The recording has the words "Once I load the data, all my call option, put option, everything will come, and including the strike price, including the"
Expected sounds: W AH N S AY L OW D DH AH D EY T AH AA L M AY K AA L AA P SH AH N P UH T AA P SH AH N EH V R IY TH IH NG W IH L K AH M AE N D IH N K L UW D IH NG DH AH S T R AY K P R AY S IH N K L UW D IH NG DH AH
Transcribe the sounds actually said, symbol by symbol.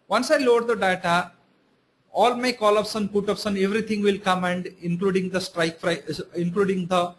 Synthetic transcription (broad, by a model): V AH N S AY L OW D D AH D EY T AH AA L M AY K AA L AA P S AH N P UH T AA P S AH N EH V R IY T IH NG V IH L K AH M AE N D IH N K L UW D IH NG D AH S T R AY K F R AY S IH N K L UW D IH NG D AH